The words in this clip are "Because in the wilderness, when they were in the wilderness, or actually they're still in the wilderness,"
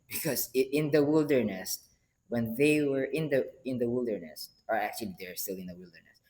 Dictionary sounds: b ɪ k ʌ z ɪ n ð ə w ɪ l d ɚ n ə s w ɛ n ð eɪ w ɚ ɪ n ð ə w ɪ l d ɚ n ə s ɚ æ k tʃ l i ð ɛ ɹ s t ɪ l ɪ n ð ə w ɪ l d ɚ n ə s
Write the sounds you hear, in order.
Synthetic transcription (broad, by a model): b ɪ k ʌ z ɪ n ð ə w ɪ l d ɚ n ə s w ɛ n ð eɪ w ɚ ɪ n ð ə w ɪ l d ɚ n ə s ɚ æ k tʃ l i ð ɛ ɹ s t ɪ l ɪ n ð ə w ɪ l d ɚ n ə s